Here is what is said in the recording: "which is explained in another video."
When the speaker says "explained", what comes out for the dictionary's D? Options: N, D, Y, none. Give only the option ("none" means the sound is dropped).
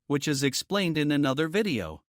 D